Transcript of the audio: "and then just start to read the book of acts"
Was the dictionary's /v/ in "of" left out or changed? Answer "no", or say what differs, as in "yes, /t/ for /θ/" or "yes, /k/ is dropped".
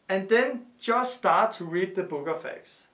yes, /f/ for /v/